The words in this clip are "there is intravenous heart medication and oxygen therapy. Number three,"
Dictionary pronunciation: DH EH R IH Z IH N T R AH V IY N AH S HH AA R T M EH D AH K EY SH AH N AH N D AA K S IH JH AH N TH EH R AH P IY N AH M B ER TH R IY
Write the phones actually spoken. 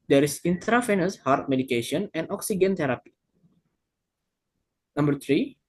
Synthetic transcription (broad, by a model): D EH R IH S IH N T R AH F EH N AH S HH AA R T M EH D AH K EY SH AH N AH N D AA K S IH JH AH N T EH R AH P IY N AH M B ER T R IY